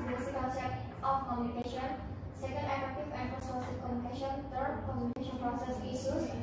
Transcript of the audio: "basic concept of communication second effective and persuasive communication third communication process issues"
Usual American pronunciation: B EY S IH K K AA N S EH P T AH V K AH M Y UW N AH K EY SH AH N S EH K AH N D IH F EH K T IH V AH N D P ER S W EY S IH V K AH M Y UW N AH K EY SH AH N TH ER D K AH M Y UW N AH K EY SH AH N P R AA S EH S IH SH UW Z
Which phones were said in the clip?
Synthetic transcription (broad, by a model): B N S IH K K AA S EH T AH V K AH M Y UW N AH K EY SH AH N S EH K AH N D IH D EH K T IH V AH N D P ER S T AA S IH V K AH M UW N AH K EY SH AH N T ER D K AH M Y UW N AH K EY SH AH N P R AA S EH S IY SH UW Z